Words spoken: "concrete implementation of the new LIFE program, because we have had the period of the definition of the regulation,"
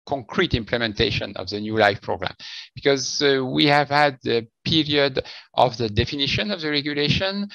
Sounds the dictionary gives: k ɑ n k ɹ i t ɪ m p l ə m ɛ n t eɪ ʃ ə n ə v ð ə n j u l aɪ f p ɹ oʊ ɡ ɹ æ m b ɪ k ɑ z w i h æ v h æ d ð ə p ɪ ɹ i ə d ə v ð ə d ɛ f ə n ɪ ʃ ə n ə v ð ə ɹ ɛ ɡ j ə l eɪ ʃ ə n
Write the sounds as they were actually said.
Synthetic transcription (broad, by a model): k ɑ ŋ k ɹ i t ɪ m p l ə m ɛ n t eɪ ʃ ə n ə v ð ə n j u l aɪ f p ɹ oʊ ɡ ɹ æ m b ɪ k ɑ z w i h æ v h æ d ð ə p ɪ ɹ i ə d ə v ð ə d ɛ f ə n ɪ ʃ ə n ə v ð ə ɹ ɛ ɡ j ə l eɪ ʃ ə n